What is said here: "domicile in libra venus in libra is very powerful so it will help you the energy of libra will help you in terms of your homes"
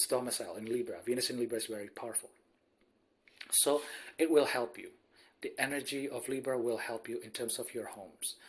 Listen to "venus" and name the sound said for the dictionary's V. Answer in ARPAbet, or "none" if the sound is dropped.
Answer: V